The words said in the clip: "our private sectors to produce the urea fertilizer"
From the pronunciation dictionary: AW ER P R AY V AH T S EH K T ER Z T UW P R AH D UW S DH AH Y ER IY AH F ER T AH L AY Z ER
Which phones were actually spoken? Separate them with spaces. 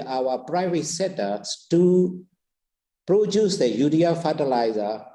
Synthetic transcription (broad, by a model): AW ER P R AY V AH T S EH T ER S T UW P R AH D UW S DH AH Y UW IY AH F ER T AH L AY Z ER